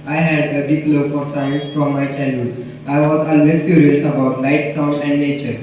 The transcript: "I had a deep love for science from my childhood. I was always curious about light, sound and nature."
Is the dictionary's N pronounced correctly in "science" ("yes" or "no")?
yes